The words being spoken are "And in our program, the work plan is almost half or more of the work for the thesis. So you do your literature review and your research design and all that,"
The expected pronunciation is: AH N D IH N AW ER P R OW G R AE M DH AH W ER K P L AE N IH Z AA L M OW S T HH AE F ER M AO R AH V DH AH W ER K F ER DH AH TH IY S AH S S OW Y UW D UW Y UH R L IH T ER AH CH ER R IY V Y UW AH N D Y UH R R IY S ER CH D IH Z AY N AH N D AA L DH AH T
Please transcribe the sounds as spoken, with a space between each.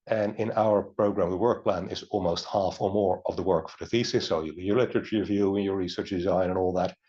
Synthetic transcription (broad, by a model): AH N IH N AW ER P R OW G R AE M DH AH W ER K P L AE N IH Z AA L M OW S T HH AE F ER M AO R AH V DH AH W ER K F ER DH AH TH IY S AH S S OW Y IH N Y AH R L IH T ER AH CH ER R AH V Y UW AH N Y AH R R IY S ER CH D IH Z AY N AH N AA L DH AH T